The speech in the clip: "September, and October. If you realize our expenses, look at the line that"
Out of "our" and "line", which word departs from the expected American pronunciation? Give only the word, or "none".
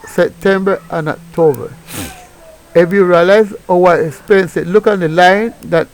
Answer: our